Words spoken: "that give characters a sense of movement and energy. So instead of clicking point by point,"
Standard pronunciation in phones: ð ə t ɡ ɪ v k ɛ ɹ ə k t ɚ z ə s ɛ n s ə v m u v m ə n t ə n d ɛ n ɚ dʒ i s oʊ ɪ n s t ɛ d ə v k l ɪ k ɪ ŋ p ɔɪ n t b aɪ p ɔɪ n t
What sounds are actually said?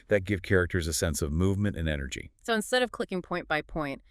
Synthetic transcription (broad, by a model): ð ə t ɡ ɪ v k ɛ ɹ ə k t ɚ z ə s ɛ n s ə v m u v m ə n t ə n ɛ n ɚ dʒ i s oʊ ɪ n s t ɛ d ə v k l ɪ k ɪ ŋ p ɔɪ n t b aɪ p ɔɪ n t